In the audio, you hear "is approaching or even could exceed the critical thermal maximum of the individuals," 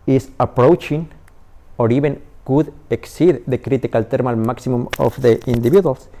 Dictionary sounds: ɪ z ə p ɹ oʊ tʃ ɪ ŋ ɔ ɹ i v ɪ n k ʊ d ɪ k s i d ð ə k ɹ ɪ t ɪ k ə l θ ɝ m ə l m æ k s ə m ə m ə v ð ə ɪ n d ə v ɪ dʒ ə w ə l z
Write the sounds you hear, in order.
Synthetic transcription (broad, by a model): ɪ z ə p ɹ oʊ tʃ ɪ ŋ ɔ ɹ i b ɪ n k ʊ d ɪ k s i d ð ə k ɹ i t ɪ k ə l t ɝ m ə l m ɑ k s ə m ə m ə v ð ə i n d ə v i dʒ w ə l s